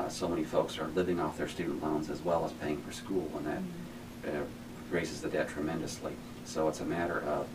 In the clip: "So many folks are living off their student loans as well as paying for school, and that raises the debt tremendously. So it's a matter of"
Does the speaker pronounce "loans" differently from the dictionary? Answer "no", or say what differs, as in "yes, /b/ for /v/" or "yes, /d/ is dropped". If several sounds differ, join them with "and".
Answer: no